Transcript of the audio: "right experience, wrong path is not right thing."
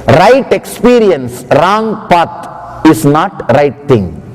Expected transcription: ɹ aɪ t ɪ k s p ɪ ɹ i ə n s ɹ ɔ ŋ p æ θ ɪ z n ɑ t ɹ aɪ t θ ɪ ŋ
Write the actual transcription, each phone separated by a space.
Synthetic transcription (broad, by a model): ɹ aɪ t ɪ k s p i ɹ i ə n s ɹ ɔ ŋ p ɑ t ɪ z n ɑ t ɹ aɪ t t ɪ ŋ